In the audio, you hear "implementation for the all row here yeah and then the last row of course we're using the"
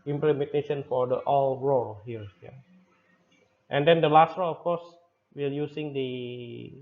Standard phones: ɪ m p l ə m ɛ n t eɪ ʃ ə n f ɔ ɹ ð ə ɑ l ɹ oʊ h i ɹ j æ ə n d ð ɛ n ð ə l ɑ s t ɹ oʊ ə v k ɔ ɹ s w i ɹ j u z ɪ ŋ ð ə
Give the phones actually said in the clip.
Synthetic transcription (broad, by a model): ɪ m p l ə m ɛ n t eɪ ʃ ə n f ɔ ɹ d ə ɑ l ɹ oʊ h i ɹ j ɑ ə n d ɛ n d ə l ɑ s t ɹ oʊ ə f k ɔ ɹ s w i l j u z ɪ ŋ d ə